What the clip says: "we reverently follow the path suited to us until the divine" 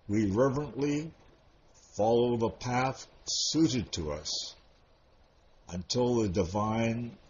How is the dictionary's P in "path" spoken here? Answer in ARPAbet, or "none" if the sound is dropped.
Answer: P